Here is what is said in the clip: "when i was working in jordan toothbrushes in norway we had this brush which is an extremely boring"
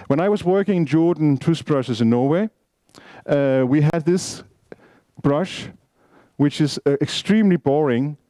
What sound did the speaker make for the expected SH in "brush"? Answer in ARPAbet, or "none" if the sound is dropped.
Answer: SH